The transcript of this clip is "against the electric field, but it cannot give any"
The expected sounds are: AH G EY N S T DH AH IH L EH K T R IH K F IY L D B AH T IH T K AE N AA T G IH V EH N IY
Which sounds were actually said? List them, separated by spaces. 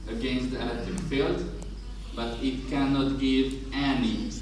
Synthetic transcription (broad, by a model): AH G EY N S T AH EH T IH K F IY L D B AH T IH T K AE N AA T G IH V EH N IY